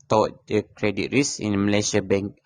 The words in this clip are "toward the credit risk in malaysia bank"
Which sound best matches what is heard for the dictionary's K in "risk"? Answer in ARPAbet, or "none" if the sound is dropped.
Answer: none